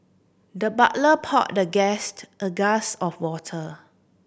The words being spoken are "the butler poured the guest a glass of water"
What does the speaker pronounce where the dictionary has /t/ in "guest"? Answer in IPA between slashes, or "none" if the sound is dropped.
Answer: /t/